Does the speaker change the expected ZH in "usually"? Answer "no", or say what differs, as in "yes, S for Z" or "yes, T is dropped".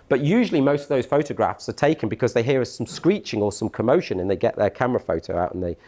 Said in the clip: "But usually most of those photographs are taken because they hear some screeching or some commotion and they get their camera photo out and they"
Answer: no